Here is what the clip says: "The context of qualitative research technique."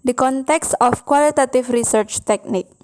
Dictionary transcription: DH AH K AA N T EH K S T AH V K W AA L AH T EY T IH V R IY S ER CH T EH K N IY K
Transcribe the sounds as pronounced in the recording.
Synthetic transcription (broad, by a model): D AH K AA N T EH K S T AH F K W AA L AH T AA T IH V R IY S ER CH T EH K N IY K